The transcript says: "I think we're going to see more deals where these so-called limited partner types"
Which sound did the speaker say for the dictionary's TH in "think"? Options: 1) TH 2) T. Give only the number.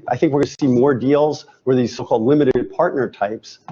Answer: 1